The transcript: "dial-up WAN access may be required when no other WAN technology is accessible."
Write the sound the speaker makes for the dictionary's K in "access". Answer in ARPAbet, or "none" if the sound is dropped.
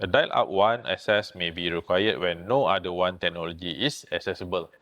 none